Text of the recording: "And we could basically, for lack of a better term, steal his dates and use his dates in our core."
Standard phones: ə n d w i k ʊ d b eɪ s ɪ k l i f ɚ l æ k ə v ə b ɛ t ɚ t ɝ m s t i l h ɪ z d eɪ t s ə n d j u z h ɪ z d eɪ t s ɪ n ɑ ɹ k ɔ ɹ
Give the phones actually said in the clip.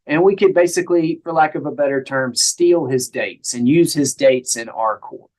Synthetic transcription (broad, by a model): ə n w i k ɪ d b eɪ s ɪ k l i f ɚ l æ k ə v ə b ɛ t ɚ t ɝ m s t i l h ɪ z d eɪ t s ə n j u z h ɪ z d eɪ t s ɪ n ɑ ɹ k ɔ ɹ